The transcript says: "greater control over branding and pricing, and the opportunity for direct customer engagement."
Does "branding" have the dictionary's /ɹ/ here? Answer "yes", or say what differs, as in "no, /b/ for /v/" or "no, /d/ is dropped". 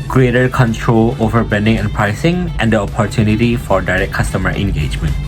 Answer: no, /ɹ/ is dropped